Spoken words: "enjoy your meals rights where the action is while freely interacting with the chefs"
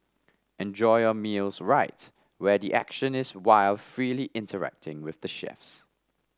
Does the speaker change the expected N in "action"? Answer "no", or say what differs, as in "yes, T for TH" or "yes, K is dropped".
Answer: no